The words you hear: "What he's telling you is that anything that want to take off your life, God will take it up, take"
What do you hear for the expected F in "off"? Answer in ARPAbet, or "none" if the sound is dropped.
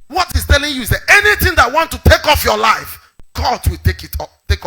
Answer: F